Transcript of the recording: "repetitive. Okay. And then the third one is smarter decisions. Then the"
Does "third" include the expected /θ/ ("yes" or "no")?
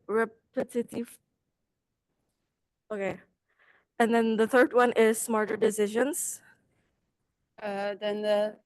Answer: yes